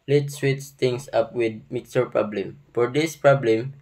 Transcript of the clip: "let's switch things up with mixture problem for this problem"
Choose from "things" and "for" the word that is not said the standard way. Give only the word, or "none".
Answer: things